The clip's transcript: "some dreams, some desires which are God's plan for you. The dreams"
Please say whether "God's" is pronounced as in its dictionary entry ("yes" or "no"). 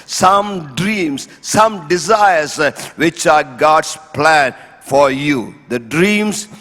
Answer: no